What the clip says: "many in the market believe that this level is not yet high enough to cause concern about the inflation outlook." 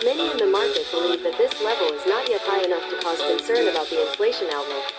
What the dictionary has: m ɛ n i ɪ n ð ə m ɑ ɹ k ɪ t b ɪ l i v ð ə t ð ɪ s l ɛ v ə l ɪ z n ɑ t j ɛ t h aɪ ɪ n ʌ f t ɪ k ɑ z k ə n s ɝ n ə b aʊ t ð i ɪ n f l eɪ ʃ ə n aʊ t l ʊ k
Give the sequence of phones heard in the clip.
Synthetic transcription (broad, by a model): m ɛ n i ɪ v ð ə m ɑ ɹ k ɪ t b ɪ l i v ð ə t ð ɪ s l ɛ v ə l ɪ z n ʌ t j ɛ t h aɪ ɪ n ʌ f t ɪ k ɑ z k ə n s ɝ n ə b aʊ t ð i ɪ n f l eɪ ʃ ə n aʊ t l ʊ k